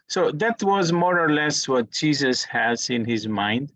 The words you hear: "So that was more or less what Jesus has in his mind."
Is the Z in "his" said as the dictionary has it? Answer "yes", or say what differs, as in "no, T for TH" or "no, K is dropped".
yes